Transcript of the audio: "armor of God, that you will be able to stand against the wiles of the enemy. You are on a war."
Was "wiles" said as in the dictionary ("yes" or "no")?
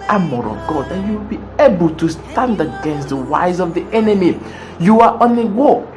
no